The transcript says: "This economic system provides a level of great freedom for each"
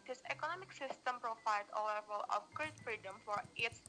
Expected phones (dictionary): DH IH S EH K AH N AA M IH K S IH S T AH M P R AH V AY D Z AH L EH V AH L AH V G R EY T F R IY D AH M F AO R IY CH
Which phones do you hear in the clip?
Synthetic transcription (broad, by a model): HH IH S EH K AH N AA M IH K S IH S T AH M P R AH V AY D AH L EH V AH L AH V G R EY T F R IY D AH M F AO R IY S